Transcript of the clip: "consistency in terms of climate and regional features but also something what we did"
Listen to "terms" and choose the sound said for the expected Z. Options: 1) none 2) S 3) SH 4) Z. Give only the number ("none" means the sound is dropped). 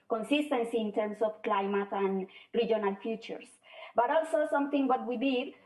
2